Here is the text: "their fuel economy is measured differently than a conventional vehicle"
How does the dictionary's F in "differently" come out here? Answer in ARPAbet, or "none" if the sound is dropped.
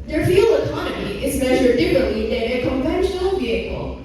none